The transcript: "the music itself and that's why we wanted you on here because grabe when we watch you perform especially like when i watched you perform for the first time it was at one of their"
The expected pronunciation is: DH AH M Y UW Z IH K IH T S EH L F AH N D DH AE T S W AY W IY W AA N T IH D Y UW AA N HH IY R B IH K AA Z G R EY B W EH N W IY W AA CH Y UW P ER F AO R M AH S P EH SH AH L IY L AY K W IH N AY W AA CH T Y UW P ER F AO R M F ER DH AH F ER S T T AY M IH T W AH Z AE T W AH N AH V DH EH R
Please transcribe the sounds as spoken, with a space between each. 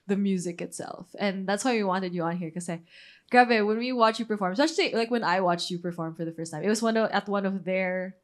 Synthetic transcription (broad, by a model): DH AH M Y UW Z IH K IH T S EH L F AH N DH AE T S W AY W IY W AA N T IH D Y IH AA N HH IY R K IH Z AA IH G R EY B W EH N W IY W AA CH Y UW P ER F AO R M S EH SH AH IY L AY K W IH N AY W AA CH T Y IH P ER F AO R M F ER DH AH F ER S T T AY M IH T W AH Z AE T W AH N AH V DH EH R